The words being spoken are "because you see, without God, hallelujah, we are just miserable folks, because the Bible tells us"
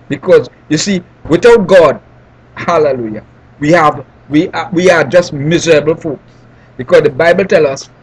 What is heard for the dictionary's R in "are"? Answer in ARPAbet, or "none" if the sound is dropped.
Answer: W